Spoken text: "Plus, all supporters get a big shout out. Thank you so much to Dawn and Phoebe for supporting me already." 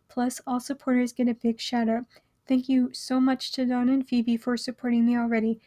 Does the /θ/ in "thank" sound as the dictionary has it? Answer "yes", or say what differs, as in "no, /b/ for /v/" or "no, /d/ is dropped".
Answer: yes